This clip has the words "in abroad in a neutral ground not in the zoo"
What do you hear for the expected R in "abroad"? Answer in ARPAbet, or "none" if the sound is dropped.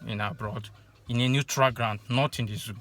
R